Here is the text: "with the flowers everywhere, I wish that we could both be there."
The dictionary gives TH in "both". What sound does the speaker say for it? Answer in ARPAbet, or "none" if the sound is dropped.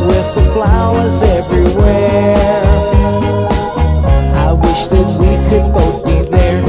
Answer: T